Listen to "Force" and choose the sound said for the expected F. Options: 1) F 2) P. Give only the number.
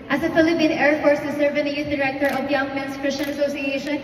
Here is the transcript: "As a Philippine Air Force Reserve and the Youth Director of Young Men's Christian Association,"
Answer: 1